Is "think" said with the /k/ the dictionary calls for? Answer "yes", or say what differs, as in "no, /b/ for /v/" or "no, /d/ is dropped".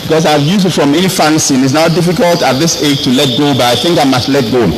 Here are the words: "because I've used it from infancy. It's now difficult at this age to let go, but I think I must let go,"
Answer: yes